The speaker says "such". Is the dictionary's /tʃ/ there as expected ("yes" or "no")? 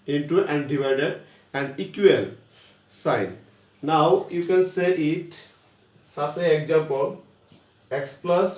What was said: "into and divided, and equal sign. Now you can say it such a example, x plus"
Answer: no